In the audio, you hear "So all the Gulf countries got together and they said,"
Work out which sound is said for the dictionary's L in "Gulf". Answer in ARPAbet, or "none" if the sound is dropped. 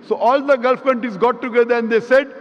L